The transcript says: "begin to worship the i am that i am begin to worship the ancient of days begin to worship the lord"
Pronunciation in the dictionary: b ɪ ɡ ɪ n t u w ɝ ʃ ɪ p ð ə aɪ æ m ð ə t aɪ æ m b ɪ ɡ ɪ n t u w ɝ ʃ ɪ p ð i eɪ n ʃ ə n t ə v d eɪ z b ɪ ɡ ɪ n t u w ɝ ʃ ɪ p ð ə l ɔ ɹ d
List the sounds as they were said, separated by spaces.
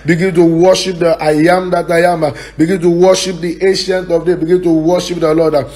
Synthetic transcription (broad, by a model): b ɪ ɡ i n t u w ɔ ʃ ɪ p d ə aɪ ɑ m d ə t aɪ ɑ m b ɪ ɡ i n t u w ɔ ʃ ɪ p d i eɪ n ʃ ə n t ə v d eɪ b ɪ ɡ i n t u w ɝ ʃ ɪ p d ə l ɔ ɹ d